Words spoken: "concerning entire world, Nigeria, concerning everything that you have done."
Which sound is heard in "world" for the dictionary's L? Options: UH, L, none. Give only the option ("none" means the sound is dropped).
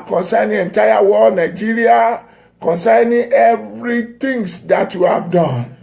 none